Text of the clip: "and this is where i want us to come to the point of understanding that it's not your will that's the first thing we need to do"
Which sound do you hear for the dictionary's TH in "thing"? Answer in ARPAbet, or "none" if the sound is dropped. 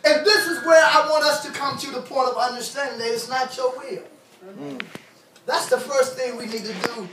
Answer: TH